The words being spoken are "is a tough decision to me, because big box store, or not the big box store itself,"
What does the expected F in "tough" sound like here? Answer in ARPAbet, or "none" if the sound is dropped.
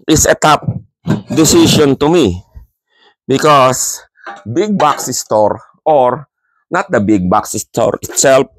P